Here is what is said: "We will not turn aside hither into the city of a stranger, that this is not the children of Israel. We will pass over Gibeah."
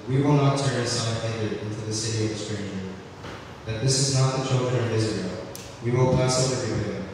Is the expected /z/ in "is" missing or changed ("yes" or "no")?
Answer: no